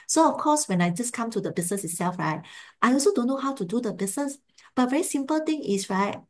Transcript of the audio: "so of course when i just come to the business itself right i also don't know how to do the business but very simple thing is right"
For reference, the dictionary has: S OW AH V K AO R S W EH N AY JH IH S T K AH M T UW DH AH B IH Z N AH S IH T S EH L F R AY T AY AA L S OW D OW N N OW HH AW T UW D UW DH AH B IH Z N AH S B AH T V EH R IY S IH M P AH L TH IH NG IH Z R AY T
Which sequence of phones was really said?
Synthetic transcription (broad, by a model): S OW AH F K AO S W EH N AY JH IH S K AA M T UW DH AH B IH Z N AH S IH T S EH L F R AY T AY AA L S OW D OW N N OW HH AW T UW D UW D AH B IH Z N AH S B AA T V EH R IY S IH M P AH L T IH NG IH S R AY T